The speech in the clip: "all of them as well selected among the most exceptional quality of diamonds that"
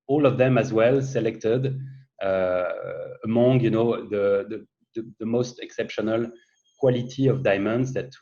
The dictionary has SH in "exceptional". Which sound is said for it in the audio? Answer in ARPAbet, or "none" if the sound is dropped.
SH